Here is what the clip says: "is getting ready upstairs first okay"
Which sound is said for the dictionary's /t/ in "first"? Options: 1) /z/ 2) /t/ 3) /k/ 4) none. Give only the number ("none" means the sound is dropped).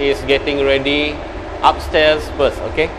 4